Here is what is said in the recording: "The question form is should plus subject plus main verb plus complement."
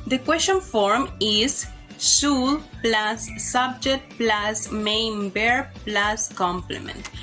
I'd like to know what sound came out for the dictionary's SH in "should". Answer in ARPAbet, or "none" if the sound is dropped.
S